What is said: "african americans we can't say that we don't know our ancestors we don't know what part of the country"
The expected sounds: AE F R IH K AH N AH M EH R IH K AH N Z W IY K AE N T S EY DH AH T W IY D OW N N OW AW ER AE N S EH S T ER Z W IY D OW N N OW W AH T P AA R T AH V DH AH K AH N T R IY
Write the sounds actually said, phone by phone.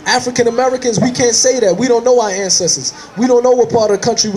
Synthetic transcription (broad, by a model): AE F R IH K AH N AH M EH R IH K AH N Z W IY K AE N T S EY DH AH T W IY D OW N N OW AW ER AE N S EH S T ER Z W IY D OW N N OW W AH T P AA R T AH V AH K AH N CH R IY